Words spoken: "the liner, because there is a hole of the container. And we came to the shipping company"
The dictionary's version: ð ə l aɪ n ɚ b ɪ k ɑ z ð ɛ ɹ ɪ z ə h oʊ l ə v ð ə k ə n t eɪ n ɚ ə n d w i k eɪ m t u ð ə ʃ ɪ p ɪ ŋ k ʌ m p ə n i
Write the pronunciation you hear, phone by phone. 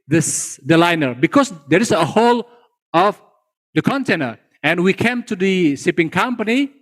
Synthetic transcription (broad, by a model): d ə l aɪ n ɚ b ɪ k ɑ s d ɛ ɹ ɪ s ə h oʊ l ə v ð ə k ə n t eɪ n ɚ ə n w i k eɪ m t u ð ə s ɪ p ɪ ŋ k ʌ m p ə n i